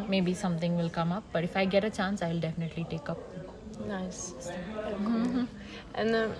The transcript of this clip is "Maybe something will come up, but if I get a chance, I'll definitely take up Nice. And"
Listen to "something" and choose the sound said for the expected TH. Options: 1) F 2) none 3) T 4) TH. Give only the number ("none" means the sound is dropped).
3